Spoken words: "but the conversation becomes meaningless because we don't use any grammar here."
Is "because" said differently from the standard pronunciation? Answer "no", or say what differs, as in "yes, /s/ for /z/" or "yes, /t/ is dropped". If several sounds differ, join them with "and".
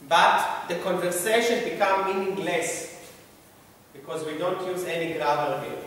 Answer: no